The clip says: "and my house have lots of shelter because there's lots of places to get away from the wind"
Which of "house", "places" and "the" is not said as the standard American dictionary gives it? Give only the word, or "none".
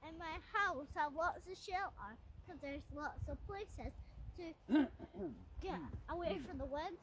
none